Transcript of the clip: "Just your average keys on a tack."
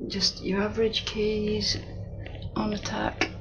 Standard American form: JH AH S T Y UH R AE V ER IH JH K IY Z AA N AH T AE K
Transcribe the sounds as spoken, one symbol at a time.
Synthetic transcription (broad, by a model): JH AH S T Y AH R AE V ER IH JH K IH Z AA N AH T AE K